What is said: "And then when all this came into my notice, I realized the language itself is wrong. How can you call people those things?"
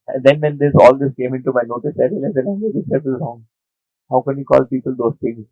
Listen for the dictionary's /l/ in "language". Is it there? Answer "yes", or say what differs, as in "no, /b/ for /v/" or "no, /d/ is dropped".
no, /n/ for /l/